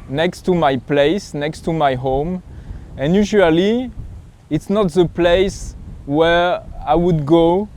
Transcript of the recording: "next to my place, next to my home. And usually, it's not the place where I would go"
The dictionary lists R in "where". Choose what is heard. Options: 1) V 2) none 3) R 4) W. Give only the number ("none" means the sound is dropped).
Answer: 3